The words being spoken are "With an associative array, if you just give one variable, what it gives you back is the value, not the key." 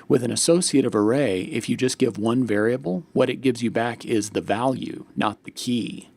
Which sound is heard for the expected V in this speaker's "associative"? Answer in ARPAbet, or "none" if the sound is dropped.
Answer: V